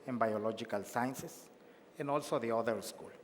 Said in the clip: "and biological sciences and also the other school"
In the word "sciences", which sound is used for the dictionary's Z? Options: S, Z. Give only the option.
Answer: S